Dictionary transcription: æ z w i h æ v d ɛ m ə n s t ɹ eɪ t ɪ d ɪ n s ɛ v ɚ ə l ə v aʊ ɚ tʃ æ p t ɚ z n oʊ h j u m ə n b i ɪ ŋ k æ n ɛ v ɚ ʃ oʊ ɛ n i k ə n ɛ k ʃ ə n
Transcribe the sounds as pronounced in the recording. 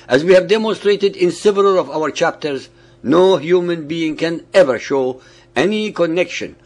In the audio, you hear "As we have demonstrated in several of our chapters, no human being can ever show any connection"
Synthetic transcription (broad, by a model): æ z w i h æ v d ɛ m ə n s t ɹ eɪ t ɪ d ɪ n s ɛ v ɚ ə l ə v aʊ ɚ tʃ æ p t ɚ z n oʊ h j u m ə n b i ɪ ŋ k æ n ɛ v ɚ ʃ oʊ ɛ n i k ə n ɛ k ʃ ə n